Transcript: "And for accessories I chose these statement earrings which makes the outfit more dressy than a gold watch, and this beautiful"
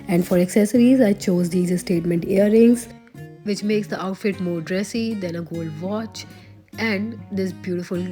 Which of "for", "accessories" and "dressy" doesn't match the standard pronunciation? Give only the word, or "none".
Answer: none